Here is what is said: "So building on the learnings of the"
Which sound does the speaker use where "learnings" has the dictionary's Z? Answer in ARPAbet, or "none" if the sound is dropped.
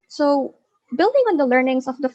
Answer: S